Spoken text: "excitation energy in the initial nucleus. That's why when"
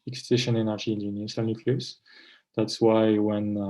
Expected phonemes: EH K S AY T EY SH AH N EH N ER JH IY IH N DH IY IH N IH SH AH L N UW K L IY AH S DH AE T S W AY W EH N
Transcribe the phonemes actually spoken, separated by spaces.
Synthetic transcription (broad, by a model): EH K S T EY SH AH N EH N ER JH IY IH N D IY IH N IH S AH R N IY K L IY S DH AE T S W AY W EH N